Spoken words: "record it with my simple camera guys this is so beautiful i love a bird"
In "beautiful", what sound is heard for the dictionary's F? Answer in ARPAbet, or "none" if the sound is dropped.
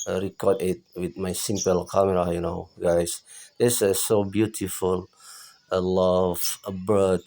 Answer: F